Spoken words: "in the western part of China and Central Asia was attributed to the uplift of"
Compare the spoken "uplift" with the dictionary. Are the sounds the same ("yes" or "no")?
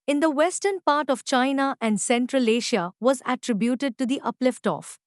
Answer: yes